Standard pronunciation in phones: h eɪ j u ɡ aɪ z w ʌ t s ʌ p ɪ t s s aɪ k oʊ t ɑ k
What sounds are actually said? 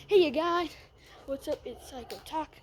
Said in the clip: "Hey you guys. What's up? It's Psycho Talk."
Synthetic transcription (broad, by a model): h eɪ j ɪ ɡ aɪ w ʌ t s ʌ p ɪ t s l aɪ k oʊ t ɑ k